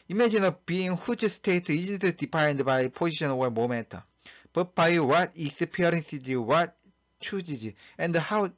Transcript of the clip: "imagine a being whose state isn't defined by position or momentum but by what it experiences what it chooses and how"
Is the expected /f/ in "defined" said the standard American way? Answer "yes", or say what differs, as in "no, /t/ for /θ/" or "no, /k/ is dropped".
no, /p/ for /f/